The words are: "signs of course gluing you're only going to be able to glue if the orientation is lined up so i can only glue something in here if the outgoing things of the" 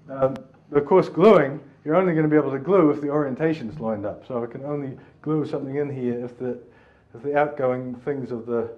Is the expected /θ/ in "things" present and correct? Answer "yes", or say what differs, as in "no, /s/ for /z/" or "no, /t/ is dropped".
yes